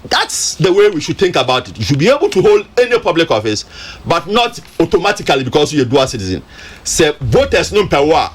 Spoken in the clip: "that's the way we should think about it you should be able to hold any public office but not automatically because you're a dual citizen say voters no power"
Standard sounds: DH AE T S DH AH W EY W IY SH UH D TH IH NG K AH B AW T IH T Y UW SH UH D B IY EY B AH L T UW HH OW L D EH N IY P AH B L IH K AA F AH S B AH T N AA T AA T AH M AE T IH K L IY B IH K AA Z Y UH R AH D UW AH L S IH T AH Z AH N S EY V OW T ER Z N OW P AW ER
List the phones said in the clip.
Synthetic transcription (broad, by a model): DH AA T S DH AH W EY W IY SH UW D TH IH NG K AH B AW T IH T Y UW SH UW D B IY EY B AH L T UW HH OW L D EH N IY P AH B L IH K AA F AH S B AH T N AA T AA T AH M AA T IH K L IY B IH K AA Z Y AH D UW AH S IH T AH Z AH N S EY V OW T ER S N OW P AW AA